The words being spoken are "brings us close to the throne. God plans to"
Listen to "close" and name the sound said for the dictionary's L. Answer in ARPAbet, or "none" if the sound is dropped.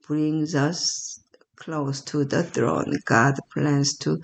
L